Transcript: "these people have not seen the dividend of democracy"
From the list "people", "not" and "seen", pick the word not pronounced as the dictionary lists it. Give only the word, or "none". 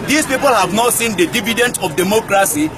none